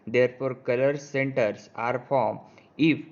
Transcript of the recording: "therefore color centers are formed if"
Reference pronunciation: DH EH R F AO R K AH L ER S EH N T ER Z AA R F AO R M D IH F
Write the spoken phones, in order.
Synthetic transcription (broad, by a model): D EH R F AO R K AH L ER S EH N T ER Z AA R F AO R M IH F